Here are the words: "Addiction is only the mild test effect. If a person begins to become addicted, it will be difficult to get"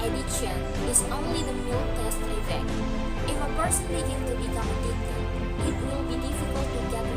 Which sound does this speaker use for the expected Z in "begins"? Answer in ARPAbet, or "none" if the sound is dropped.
none